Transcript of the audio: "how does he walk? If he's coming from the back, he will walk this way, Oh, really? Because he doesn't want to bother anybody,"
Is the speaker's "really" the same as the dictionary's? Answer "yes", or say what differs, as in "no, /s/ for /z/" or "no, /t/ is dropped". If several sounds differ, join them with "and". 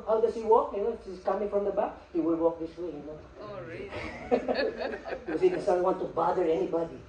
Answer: no, /n/ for /l/